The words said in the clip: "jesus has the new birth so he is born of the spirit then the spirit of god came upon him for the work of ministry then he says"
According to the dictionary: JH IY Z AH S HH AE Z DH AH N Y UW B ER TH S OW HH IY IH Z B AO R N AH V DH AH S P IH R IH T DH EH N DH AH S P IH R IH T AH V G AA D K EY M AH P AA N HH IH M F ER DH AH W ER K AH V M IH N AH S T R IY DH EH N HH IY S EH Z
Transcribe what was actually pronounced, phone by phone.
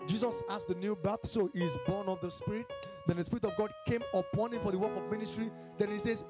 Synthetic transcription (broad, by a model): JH IY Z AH S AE S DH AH N Y UW B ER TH S OW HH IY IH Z B AO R N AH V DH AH S P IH R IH T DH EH N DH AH S P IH R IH T AH V G AA D K EY M AH P AA N HH IH M F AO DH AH W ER K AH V M IH N AH S T R IY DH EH N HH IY S EH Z